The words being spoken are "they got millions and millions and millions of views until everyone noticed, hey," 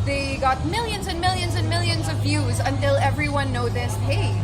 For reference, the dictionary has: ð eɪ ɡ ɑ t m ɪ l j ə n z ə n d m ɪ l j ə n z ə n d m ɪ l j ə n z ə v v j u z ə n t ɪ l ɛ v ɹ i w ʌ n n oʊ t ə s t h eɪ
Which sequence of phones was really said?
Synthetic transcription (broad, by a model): ð eɪ ɡ ɑ t m ɪ l j ə n z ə n m ɪ l j ə n z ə n m ɪ l j ə n z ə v v j u z ə n t ɪ l ɛ v ɹ i w ʌ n n oʊ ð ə s h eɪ